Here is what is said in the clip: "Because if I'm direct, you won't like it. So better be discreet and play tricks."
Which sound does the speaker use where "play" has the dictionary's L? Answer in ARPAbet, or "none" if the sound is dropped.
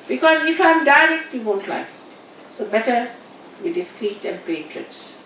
none